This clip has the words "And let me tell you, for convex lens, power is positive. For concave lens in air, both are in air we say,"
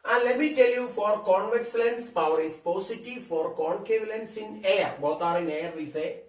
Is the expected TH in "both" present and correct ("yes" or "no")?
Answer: no